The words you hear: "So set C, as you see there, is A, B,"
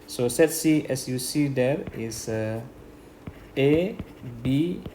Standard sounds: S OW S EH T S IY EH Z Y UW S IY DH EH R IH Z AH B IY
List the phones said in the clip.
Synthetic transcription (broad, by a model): S OW S EH T S IY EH S Y UW S IY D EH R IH S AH B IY